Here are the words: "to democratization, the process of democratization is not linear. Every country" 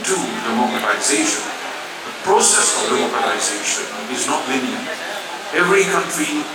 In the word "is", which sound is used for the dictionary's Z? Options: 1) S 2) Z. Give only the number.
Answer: 2